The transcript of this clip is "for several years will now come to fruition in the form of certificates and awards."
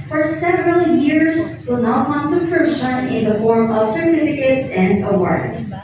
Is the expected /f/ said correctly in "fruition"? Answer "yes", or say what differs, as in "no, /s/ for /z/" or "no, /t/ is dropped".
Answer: no, /p/ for /f/